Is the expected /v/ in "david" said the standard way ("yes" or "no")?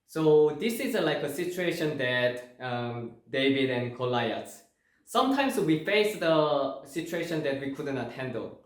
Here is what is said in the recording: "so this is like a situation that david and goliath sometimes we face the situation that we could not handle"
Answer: yes